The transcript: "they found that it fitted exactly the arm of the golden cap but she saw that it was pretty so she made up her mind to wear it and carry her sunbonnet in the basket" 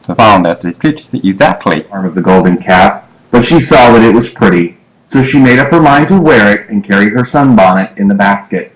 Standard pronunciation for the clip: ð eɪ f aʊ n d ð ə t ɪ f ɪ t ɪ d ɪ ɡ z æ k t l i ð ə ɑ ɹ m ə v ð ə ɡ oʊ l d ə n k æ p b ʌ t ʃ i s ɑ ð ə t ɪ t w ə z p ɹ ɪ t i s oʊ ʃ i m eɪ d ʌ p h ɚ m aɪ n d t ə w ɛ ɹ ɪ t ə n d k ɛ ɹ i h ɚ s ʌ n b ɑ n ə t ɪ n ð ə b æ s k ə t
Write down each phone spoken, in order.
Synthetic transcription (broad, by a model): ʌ f aʊ n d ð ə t ɪ p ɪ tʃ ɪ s ɪ ɡ z æ k t l i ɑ ɹ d ə v ð ə ɡ oʊ l d n k æ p b ʌ t ʃ i s ɑ ð ə t ɪ t w ə z p ɹ ɪ t i s oʊ ʃ i m eɪ d ʌ p h ɚ m aɪ n t ə w ɛ ɹ ɪ t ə n k ɛ ɹ i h ɚ s ʌ n b ɑ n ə t ɪ n ð ə b æ s k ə t